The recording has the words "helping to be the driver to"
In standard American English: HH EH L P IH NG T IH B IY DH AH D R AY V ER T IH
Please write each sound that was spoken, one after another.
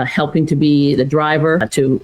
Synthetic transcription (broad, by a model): HH EH L P IH NG T IH B IY DH AH D R AY V ER T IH